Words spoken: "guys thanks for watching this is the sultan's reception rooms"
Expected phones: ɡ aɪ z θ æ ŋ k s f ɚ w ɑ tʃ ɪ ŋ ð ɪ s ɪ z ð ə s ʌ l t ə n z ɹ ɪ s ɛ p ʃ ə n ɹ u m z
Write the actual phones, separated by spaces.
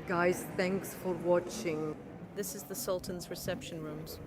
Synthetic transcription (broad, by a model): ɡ aɪ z θ æ ŋ k s f ɚ w ɑ tʃ ɪ ŋ ð ɪ s ɪ z ð ə s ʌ l t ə n z ɹ ɪ s ɛ p ʃ ə n ɹ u m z